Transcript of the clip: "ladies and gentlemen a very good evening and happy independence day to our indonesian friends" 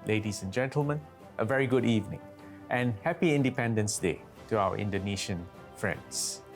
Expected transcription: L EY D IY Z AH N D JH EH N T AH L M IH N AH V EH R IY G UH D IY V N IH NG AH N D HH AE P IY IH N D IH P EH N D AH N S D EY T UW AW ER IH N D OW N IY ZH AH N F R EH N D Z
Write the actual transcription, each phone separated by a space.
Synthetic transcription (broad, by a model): L EY D IY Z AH N JH EH N T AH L M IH N AH V EH R IY G UH D IY V N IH NG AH N HH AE P IY IH N D IH P EH N D AH N S D EY T UW AW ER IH N D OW N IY SH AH N F R EH N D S